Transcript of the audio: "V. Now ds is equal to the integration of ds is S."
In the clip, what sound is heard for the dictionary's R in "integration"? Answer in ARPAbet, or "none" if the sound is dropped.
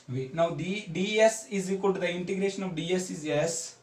R